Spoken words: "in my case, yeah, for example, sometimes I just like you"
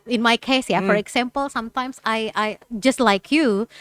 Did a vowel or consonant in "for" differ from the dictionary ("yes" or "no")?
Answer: no